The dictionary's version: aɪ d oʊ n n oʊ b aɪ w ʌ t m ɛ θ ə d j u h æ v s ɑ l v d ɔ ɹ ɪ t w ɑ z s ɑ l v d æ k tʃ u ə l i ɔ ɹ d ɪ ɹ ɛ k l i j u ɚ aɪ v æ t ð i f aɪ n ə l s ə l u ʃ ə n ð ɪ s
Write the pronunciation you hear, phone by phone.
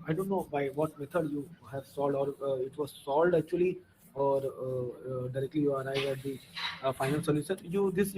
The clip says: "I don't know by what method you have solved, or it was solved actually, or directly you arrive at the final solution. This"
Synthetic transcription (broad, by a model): aɪ d oʊ n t oʊ b aɪ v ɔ t m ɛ t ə d j u h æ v s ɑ l d ɔ ɹ ɪ t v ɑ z s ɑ l d æ k tʃ u ə l i ɔ ɹ d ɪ ɹ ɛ k l i j u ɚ aɪ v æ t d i f aɪ n ə l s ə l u s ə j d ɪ s